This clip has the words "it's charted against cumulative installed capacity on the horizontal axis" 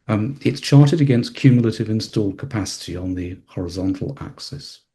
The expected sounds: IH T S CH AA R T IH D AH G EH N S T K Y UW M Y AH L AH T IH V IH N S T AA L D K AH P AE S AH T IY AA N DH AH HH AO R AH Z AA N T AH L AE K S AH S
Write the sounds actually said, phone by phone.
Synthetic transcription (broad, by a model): IH T S CH AA R T IH D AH G EH N S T K Y UW M Y AH L AH T IH V IH N S T AA L D K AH P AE S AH T IY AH N DH AH HH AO R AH Z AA N T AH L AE K S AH S